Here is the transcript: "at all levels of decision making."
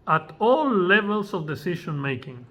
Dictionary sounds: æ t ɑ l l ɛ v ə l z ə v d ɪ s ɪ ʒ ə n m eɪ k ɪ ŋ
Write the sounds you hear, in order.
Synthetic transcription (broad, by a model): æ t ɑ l l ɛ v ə l s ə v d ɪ s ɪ ʃ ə n m eɪ k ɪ ŋ